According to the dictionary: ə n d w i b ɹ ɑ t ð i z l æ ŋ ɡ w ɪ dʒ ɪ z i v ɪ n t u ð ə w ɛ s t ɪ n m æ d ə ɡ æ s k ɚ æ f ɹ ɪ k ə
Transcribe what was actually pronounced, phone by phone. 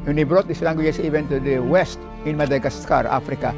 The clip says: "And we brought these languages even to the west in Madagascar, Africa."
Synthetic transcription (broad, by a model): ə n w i b ɹ ɑ t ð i s l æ ŋ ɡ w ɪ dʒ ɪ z i v ɪ n t u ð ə w ɛ s t ɪ n m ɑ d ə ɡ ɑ s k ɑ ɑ f ɹ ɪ k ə